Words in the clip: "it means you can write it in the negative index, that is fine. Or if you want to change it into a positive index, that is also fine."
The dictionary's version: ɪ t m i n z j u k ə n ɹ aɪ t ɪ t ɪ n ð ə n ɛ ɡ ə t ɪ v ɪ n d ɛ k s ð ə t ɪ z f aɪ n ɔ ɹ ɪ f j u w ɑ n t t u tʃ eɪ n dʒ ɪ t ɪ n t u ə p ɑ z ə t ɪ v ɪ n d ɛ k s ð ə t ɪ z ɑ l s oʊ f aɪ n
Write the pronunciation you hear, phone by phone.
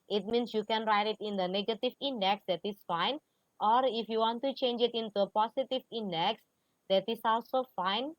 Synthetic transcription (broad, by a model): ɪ t m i n s j u k ə n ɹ aɪ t ɪ t ɪ n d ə n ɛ ɡ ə t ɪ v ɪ n d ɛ k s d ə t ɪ s f aɪ n ɔ ɹ ɪ f j u w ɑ n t t u tʃ eɪ n dʒ ɪ t ɪ n t u ə p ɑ s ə t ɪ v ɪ n d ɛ k s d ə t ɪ s ɑ l s oʊ f aɪ n